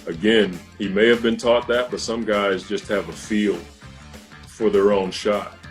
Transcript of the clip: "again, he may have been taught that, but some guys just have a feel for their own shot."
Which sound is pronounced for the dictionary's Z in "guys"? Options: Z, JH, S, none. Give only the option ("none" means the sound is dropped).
Z